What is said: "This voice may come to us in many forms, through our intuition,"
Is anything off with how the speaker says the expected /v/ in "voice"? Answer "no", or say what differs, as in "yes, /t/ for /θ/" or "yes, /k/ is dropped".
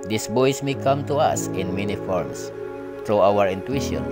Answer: yes, /b/ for /v/